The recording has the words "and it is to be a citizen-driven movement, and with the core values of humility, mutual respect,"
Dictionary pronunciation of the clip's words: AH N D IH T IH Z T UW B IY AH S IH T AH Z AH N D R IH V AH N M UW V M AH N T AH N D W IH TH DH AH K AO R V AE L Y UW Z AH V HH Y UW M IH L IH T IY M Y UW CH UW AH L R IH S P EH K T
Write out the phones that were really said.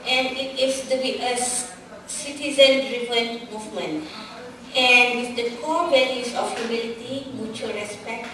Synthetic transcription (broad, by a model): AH N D IH T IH S T UW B IY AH S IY T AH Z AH N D R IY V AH N M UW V M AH N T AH N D W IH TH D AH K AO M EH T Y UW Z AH F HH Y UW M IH L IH T IY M Y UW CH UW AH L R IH S P EH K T